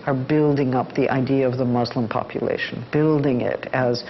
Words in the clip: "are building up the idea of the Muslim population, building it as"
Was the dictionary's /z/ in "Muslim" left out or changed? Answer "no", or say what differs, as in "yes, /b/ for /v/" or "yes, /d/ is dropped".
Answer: no